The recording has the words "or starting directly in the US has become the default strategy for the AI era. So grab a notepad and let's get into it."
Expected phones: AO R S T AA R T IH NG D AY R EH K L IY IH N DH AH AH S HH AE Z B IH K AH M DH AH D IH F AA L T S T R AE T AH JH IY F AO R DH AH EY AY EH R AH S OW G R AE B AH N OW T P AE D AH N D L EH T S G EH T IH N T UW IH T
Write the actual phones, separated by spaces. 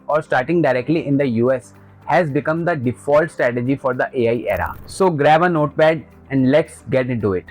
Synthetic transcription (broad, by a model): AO R S T AA R T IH NG D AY R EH K L IY IH N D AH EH S HH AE Z B IH K AH M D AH D IH F AA L T S T R AE T AH JH IY F AO R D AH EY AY EH R AH S OW G R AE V AH N OW T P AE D AH N D L EH T S G EH T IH T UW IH T